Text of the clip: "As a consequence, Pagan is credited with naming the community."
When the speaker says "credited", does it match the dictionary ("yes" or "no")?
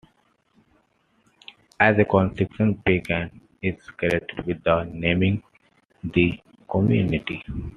no